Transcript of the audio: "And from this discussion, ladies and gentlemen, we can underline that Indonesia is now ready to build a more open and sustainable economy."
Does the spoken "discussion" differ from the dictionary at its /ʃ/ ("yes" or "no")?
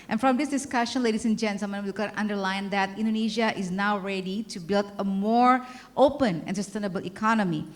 no